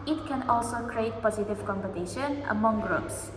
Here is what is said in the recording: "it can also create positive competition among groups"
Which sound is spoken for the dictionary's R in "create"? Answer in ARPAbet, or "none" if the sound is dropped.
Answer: R